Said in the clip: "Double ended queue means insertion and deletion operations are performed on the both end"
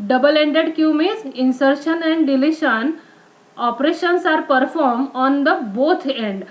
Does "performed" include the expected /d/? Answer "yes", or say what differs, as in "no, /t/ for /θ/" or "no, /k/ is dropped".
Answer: no, /d/ is dropped